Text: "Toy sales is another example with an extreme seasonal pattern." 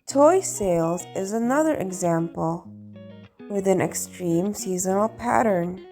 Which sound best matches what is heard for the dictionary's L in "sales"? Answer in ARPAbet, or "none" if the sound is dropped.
L